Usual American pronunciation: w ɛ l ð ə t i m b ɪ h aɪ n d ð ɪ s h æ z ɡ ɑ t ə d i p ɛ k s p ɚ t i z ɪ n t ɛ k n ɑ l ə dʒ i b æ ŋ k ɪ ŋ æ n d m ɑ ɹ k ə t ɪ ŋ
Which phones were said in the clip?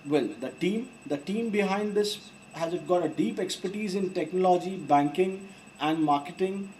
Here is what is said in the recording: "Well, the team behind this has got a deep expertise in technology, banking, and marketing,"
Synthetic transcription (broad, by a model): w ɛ l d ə t i m b ɪ h aɪ n d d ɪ s h æ z ɡ ɑ t ə d i p ɛ k s p ɚ t i z ɪ n t ɛ k n ɑ l ə dʒ i b æ ŋ k ɪ ŋ æ n d m ɑ ɹ k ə t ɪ ŋ